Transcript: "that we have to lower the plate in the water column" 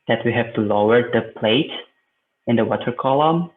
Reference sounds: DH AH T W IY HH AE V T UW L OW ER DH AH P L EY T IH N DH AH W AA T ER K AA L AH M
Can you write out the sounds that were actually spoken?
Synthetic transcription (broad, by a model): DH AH T W IY HH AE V T UW L OW ER DH AH P L EY T IH N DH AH W AA T ER K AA L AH M